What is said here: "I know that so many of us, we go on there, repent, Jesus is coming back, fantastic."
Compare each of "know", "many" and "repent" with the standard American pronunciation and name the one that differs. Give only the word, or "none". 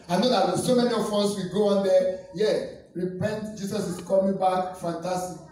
none